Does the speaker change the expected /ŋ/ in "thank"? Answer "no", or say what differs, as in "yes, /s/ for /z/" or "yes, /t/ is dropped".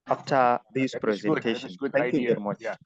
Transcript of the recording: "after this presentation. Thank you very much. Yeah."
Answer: yes, /ŋ/ is dropped